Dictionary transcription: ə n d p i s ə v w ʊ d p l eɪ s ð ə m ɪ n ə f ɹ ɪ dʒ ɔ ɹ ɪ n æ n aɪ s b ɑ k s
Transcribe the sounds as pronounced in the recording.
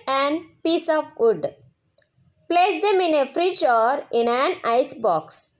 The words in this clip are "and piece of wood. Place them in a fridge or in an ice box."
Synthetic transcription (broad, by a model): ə n d p i s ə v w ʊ d p l eɪ s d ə m ɪ n ə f ɹ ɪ tʃ ɔ ɹ ɪ n æ n aɪ s b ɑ k s